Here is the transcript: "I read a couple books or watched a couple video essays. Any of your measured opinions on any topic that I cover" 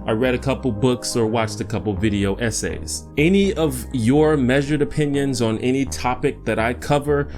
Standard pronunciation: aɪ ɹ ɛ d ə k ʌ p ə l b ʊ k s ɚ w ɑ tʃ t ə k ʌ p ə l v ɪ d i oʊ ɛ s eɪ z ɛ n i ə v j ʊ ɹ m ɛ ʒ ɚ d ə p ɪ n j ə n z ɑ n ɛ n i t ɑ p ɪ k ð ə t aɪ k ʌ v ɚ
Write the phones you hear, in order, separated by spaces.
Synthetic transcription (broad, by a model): aɪ ɹ ɛ d ə k ʌ p l b ʊ k s ɚ w ɑ tʃ t ə k ʌ p l v ɪ d i oʊ ɛ s eɪ z ɛ n i ə v j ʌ ɹ m ɛ ʒ ɚ d ə p ɪ n j ə n z n ɛ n i t ɑ p ɪ k ð ə t aɪ k ʌ v ɚ